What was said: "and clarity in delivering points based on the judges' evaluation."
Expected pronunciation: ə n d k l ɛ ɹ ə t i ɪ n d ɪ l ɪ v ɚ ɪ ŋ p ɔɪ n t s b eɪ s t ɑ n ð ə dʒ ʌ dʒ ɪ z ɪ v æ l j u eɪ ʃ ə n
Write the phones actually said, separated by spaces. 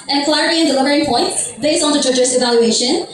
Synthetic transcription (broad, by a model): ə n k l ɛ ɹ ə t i ɪ n d ɪ l ɪ v ɚ ɪ ŋ p ɔɪ n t b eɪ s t ɑ n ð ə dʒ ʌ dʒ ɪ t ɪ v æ l j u eɪ ʃ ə n